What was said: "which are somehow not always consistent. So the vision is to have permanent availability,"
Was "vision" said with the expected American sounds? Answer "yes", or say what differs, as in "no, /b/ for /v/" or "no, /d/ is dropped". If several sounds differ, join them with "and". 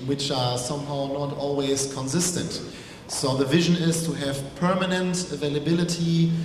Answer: yes